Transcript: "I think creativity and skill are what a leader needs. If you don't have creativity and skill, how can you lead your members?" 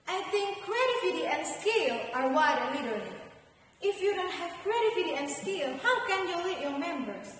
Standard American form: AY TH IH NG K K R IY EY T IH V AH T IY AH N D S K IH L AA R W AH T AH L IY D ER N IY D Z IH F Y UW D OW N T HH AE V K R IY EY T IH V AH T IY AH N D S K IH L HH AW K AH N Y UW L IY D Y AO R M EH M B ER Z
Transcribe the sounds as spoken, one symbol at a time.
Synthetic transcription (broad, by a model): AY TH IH NG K K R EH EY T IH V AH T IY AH N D S K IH L AA R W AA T AH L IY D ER L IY IH F Y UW D OW N T HH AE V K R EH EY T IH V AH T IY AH N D S K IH L HH AW K AH N Y UW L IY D Y AO R M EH M B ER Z